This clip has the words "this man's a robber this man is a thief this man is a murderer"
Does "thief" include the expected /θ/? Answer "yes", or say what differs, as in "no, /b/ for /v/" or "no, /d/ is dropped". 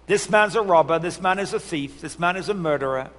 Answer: yes